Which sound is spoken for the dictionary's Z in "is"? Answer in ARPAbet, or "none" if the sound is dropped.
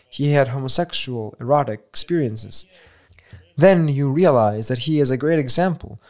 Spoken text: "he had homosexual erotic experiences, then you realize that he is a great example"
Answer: Z